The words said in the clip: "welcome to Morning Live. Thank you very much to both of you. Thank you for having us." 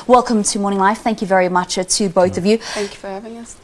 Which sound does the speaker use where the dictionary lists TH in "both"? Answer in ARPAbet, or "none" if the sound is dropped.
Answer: TH